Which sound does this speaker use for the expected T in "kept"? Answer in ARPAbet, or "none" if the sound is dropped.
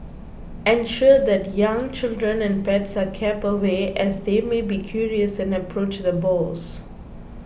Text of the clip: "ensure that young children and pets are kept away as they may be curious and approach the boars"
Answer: none